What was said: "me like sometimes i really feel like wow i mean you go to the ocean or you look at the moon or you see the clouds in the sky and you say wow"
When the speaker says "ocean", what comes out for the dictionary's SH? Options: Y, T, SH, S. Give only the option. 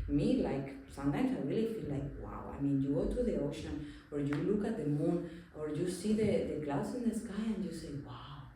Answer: SH